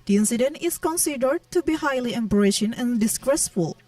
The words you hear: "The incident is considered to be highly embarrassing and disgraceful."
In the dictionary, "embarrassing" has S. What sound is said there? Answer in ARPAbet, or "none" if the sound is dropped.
SH